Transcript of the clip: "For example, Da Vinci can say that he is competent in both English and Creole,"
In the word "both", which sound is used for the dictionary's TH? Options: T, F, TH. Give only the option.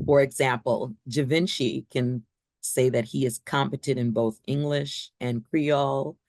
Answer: TH